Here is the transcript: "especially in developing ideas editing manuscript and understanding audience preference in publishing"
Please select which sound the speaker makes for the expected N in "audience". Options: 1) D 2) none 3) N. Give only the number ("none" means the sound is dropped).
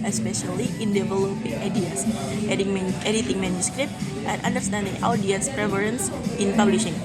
2